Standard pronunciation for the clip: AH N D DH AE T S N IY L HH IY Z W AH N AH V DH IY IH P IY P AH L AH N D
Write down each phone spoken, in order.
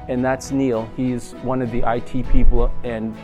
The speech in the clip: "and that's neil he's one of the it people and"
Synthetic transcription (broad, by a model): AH N DH AE T S N IY L HH IY Z W AH N AH V DH IY IH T IY P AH L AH N